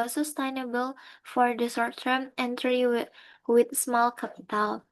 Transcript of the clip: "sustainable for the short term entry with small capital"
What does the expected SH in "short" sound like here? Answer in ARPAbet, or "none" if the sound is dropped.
S